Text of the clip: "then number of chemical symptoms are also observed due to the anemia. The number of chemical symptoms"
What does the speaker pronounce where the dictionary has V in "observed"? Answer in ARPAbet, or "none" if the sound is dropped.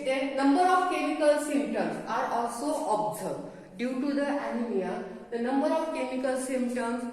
none